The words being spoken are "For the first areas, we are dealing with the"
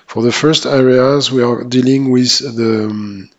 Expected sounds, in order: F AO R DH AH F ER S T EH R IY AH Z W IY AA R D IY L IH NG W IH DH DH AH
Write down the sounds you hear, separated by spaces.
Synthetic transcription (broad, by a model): F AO R DH AH F ER S T EH R IY AH Z W IY AA R D IY L IH NG W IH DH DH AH